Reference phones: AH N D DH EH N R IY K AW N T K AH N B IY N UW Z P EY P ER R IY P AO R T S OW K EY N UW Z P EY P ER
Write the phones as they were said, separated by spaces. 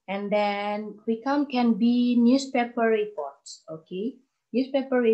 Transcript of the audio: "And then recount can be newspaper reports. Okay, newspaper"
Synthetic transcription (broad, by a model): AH N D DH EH N W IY K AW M K AH N B IY N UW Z P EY P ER R IY P AO R T S OW K EY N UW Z P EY P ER